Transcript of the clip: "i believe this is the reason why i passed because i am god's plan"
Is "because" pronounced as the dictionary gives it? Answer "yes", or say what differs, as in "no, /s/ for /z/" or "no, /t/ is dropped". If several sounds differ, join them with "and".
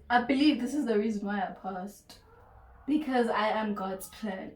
yes